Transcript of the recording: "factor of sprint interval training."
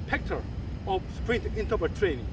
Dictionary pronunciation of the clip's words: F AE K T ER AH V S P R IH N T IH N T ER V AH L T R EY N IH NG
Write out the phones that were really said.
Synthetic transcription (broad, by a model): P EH K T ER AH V S P R IH N T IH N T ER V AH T R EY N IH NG